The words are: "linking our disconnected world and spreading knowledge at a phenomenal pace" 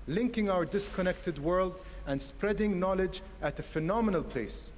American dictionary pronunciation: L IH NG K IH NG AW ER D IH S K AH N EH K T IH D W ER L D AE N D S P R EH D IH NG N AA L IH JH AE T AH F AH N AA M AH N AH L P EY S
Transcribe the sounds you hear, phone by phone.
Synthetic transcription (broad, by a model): L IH NG K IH NG AW ER D IH S K AH N EH K T IH D W ER L D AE N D S P R EH D IH NG N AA L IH JH AE T AH F AH N AA M AH N AH L P EY S